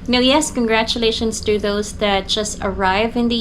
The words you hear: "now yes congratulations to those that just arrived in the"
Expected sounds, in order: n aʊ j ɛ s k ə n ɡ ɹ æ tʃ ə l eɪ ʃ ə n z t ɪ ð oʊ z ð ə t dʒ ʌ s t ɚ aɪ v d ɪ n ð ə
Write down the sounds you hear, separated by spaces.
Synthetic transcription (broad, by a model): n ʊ j ɛ s k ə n ɡ ɹ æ tʃ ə l eɪ ʃ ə n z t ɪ ð oʊ z ð ə t dʒ ʌ s t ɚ aɪ v ɪ n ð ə